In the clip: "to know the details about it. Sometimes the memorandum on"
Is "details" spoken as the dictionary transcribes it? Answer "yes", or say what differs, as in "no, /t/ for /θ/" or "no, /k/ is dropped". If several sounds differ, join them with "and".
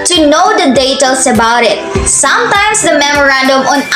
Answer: no, /s/ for /z/